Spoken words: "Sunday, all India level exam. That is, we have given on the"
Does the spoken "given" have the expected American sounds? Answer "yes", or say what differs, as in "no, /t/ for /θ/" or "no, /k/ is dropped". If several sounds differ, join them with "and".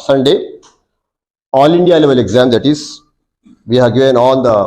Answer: no, /v/ is dropped